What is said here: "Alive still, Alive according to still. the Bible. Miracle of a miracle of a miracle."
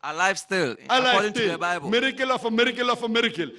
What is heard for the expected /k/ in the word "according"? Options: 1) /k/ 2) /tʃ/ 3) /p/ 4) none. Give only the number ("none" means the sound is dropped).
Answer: 4